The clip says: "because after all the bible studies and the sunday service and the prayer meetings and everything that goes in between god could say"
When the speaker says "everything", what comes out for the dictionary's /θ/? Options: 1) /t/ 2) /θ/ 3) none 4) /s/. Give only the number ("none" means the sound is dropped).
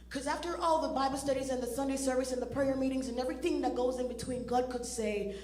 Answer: 2